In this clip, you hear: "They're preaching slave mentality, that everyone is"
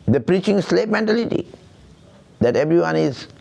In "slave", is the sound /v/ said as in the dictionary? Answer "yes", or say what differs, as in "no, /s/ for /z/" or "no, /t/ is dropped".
no, /p/ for /v/